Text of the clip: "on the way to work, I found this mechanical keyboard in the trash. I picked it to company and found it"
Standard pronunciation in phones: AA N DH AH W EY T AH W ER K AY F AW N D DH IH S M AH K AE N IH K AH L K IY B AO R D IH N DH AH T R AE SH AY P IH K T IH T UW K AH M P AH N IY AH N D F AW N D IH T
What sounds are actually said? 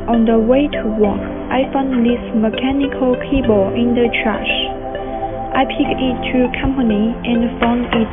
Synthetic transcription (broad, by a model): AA N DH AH W EY T AH W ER K AY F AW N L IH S M AH K AE N IH K AH L K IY B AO IH N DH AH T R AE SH AY P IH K IH T UW K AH M P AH N IY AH N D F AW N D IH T